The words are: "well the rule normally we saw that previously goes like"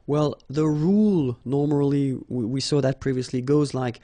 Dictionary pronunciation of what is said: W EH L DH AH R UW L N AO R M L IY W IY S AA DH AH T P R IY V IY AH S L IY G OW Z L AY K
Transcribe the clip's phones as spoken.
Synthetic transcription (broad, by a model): W EH L DH AH R UW L N AO R M L IY W IY S AA DH AH T P R IY V IY AH S L IY G OW Z L AY K